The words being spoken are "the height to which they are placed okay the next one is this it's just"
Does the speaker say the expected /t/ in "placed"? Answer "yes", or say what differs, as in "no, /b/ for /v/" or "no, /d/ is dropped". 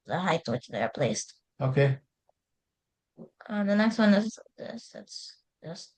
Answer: yes